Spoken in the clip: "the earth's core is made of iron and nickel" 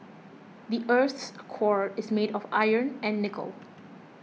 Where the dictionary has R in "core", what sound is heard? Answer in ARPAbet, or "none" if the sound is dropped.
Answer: R